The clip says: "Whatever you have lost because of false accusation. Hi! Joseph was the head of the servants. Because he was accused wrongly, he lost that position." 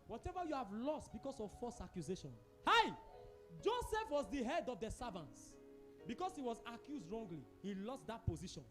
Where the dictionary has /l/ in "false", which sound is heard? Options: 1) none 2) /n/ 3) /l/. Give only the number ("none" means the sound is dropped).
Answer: 1